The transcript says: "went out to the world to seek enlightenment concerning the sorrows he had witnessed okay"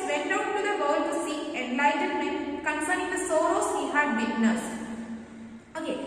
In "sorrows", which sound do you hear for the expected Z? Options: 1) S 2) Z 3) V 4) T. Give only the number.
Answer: 1